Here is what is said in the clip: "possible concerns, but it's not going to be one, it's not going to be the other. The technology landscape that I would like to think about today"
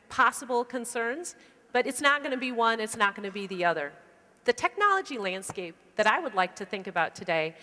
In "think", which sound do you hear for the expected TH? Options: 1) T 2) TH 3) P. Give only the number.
2